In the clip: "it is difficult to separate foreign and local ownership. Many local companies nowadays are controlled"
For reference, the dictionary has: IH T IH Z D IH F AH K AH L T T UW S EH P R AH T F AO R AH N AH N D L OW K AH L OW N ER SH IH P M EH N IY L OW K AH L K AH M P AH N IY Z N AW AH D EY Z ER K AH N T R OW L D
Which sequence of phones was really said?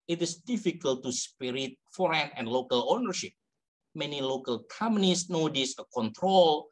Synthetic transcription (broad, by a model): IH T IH S D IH F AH K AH L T T UW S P R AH T F AO R AH N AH N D L OW K AH L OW N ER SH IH P M EH N IY L OW K AH L K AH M AH N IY S N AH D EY S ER K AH N T R OW L